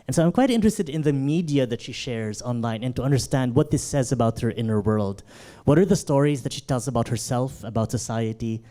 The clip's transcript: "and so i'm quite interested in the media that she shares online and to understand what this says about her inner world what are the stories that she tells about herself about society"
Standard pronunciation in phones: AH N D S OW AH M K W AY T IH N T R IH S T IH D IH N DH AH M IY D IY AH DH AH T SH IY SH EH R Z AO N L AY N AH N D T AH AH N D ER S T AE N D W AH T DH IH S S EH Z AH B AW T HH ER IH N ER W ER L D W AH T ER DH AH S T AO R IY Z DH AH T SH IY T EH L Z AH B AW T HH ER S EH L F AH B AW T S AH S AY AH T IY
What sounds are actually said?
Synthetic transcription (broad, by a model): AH N S OW AH M K W AY T IH N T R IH S T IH D IH N DH AH M IY D IY AH DH AH T SH IY SH EH R Z AO N L AY N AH N T AH AH N D ER S T AE N D W AH T DH IH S S EH Z AH B AW T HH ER IH N ER W ER L D W AH T ER DH AH S T AO R IY Z DH AH T SH IY T EH L Z AH B AW T HH ER S EH L F AH B AW T S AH S AY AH T IY